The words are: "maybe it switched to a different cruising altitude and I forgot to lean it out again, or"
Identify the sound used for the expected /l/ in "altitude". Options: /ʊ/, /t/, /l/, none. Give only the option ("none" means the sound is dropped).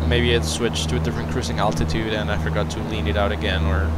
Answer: /l/